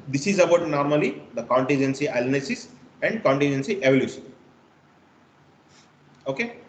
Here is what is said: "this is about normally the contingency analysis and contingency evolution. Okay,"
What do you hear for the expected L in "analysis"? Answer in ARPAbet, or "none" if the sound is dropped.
N